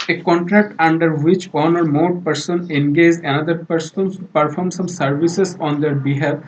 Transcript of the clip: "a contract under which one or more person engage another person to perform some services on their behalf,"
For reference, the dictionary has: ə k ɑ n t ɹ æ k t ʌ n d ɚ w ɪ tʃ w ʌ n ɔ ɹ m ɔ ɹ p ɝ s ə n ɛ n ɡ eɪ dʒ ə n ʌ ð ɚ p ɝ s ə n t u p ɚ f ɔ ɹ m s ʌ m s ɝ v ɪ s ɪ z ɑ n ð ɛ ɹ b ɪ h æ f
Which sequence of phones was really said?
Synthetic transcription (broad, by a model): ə k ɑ n t ɹ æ k t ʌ n d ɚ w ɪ tʃ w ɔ n ɔ ɹ m ɔ ɹ p ɝ s ə n ɛ n ɡ eɪ dʒ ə n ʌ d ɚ p ɝ s ə n s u p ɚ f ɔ ɹ m s ʌ m s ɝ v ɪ s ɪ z ɑ n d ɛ ɹ b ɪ h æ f